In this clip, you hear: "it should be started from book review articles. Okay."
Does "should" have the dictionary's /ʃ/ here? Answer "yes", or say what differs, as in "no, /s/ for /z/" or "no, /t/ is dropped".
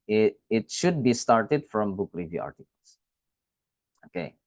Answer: yes